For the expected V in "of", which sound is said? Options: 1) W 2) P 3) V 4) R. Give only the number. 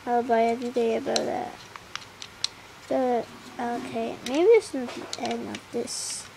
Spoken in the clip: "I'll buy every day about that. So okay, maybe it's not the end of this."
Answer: 2